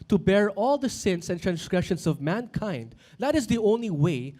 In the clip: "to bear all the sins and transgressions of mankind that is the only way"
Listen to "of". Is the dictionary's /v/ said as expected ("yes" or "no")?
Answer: yes